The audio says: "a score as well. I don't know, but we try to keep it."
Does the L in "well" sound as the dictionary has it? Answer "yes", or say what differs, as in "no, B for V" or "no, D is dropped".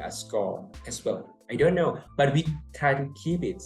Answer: no, N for L